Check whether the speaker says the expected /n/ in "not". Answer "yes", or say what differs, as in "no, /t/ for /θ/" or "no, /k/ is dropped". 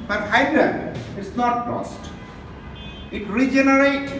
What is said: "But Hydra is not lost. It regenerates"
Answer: yes